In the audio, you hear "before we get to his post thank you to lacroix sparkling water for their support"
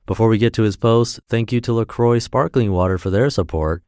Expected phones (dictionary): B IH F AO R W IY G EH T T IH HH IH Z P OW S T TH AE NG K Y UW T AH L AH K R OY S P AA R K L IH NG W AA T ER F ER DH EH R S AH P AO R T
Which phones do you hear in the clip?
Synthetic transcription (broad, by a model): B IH F AO R W IY G EH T T IH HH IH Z P OW S T TH AE NG K Y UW T AH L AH K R OY S P AA R K L IH NG W AA T ER F ER DH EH R S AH P AO R T